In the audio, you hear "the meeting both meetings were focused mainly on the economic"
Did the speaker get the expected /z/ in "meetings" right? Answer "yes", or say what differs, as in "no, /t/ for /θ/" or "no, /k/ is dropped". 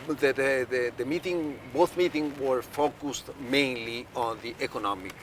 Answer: no, /z/ is dropped